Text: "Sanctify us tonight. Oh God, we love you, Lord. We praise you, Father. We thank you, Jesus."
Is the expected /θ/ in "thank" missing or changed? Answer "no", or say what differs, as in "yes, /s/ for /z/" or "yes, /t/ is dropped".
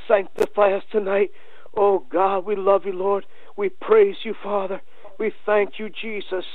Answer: no